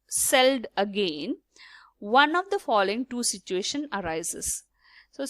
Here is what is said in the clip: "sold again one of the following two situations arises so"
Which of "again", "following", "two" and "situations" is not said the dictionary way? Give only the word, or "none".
situations